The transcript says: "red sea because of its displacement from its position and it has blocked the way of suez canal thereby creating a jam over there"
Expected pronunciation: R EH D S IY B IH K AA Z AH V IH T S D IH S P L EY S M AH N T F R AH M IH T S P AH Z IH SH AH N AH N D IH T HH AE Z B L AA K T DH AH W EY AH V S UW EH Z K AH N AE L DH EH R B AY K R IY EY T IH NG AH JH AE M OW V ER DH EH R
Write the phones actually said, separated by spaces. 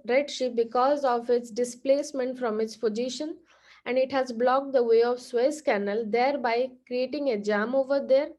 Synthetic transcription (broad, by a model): R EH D SH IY B IH K AA Z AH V IH T S D IH S P L EY S M AH N T F R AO M IH T S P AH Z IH SH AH N AH N D IH T HH AE Z B L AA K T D AH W EY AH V S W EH S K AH N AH L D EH R B AY K R IY EY T IH NG AH JH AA M OW V ER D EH R